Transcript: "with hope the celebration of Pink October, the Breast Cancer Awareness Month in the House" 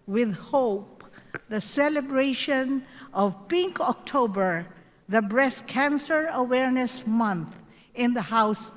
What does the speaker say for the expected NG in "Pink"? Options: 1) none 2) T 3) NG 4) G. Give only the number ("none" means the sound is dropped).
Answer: 3